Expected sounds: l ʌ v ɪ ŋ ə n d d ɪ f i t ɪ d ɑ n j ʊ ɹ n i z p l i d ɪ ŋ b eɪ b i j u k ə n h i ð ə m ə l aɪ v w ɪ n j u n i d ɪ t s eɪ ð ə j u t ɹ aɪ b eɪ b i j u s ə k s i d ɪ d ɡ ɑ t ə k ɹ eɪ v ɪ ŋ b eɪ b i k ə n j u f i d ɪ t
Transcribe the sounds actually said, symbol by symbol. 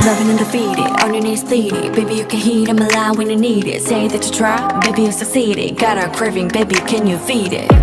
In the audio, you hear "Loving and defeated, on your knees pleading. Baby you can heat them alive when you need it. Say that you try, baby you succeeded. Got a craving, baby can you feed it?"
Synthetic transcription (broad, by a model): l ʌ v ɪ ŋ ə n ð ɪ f i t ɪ ɑ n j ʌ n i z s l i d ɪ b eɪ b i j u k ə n h i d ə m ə l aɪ w ɪ n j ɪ n i d ɪ t s eɪ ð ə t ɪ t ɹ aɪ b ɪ b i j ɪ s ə s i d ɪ ɡ ɑ t ə k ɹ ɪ v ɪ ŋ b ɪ b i k ə n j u f i d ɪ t